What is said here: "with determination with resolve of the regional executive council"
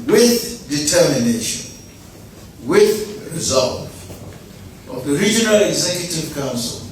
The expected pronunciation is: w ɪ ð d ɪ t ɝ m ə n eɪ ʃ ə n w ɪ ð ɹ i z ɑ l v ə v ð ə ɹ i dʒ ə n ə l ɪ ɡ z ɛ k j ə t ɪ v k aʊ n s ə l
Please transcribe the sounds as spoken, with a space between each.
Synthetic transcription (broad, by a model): w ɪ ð d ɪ t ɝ m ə n eɪ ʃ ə n w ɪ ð ɹ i z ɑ l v ə v ð ə ɹ i dʒ ə n ə l ɪ ɡ z ɛ k j ə t ɪ v k aʊ n s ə l